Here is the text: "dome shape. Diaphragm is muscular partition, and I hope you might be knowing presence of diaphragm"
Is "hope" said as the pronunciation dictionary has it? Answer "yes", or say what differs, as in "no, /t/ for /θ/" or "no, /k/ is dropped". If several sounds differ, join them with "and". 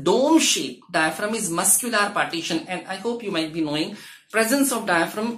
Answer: yes